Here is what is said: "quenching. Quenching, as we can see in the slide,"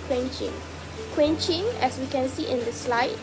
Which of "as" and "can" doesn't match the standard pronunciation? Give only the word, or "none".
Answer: as